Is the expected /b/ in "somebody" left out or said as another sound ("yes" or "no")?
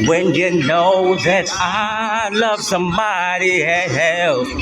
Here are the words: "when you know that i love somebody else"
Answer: yes